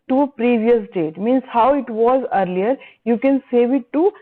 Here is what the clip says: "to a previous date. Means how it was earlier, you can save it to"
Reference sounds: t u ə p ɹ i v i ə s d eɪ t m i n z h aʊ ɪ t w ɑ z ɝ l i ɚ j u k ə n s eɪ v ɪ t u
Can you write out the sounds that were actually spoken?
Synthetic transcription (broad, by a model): t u ə p ɹ i v i ə s d eɪ t m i n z h aʊ ɪ t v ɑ z ɝ l i ɚ j u k ə n s eɪ v ɪ t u